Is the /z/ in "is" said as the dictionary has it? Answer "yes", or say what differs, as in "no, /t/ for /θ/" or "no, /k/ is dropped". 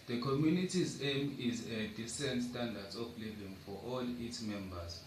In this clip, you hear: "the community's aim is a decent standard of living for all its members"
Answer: yes